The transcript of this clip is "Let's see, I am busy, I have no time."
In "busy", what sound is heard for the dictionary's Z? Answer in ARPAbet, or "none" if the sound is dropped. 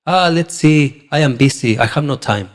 S